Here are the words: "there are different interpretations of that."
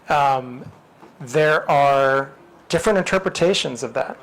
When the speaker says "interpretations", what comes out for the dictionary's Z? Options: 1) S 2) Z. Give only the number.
2